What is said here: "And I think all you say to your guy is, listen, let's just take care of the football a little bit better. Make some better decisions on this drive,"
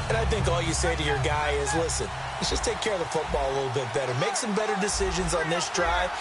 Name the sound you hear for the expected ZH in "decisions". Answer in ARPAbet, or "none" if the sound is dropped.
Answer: ZH